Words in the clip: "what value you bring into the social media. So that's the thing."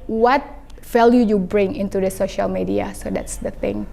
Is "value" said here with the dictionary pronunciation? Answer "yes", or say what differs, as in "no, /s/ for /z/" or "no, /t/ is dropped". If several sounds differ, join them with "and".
no, /f/ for /v/